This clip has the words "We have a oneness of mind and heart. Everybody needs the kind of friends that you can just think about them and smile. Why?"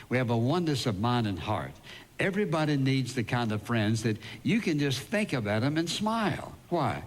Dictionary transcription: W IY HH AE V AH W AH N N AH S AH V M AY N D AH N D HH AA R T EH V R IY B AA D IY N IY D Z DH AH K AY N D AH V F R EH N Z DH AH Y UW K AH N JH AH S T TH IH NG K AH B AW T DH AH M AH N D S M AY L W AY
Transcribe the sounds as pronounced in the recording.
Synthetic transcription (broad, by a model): W IY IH V AH W AH N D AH S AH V M AY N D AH N HH AA R T EH V R IY B AA D IY N IY D Z DH AH K AY N D AH V F R EH N Z DH AH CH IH K AH N JH AH S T TH IH NG K AH B AW T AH M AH N S M AY L W AY